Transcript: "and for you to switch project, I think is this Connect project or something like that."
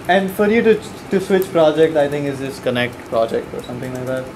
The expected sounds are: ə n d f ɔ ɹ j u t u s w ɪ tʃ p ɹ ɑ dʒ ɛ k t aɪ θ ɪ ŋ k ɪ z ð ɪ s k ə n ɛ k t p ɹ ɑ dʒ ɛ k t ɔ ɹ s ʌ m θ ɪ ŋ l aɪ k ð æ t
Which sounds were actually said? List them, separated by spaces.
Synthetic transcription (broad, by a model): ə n d f ɔ ɹ j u t u s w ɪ tʃ p ɹ ɑ dʒ ɛ k t aɪ t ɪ ŋ k ɪ z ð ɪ s k ə n ɛ k t p ɹ ɑ dʒ ɛ k t ɔ ɹ s ʌ m t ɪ ŋ l aɪ k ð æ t